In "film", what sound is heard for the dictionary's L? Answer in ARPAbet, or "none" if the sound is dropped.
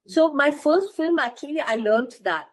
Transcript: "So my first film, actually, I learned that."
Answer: L